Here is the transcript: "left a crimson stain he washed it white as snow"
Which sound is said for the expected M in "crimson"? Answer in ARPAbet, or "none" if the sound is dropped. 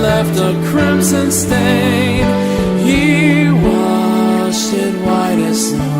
M